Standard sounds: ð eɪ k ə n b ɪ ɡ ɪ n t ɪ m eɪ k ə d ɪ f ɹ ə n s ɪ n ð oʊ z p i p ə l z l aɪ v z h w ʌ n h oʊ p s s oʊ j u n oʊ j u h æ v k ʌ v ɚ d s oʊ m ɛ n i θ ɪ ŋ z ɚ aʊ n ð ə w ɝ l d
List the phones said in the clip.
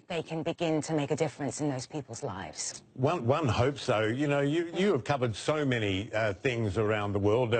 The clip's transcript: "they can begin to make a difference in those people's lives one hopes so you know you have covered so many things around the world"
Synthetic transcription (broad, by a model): ð eɪ k ə n b ɪ ɡ ɪ n t ɪ m eɪ k ə d ɪ f ɹ ə n s ɪ n ð oʊ z p i p l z l aɪ v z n w ʌ n h oʊ p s s oʊ j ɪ n oʊ j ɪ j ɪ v k ʌ v ɚ d s oʊ m ɛ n i θ ɪ ŋ z ɚ aʊ n ð ə w ɝ l d